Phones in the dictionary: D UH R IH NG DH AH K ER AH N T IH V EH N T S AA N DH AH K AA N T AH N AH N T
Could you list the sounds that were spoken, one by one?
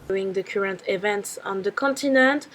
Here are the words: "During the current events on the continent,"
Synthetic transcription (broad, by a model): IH NG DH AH K ER AH N T IH V EH N T S AA N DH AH K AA N T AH N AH N T